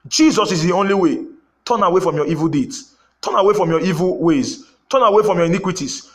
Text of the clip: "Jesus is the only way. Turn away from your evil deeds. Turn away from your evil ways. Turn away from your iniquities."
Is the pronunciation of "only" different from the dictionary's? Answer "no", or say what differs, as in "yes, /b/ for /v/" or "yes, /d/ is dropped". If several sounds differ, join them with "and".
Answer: no